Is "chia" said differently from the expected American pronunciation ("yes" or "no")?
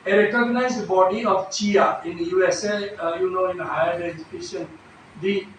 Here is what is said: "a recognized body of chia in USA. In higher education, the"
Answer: no